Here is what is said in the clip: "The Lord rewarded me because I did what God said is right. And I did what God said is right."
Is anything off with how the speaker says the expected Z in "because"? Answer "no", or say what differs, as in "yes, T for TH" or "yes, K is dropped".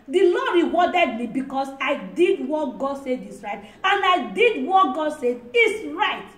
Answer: yes, S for Z